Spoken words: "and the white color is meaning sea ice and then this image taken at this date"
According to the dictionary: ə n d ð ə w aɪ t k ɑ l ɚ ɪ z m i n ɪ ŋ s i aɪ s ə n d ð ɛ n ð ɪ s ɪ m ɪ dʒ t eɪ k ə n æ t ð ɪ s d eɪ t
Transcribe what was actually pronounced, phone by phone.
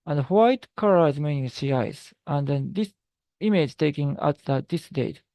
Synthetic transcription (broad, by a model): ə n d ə w aɪ t k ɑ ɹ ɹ ɪ z m i n ɪ ŋ s i aɪ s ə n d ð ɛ n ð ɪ s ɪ m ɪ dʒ t eɪ k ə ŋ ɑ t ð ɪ s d eɪ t